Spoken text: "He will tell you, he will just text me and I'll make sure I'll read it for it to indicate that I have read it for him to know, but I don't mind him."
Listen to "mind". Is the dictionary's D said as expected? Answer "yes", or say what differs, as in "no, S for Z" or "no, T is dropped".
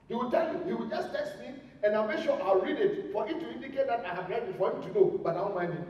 no, D is dropped